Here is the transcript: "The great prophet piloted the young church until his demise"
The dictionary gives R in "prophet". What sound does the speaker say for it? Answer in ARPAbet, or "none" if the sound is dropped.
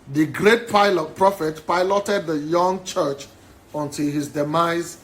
R